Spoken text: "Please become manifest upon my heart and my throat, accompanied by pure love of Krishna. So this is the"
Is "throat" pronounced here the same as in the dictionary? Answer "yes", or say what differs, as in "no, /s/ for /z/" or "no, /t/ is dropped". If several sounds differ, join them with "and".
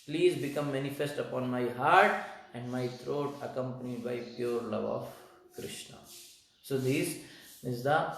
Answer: no, /t/ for /θ/